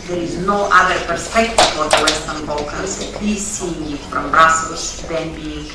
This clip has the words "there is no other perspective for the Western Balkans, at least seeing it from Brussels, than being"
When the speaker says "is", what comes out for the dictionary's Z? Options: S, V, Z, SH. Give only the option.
Z